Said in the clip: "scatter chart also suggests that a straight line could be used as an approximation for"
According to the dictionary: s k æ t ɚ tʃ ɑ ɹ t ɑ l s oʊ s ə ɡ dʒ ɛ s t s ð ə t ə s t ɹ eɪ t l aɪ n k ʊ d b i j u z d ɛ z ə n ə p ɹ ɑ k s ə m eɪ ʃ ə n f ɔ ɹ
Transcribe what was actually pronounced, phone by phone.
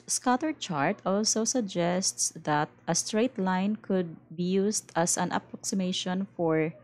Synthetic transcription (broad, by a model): s k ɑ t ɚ tʃ ɑ ɹ t ɑ l s oʊ s ə ɡ dʒ ɛ s t s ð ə t ə s t ɹ eɪ t l aɪ n k ʊ d b i j u s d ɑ s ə n ə p ɹ ɑ k s ə m eɪ ʃ ə n f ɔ ɹ